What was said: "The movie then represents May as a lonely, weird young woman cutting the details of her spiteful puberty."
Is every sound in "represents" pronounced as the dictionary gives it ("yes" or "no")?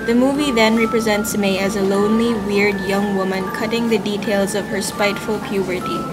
yes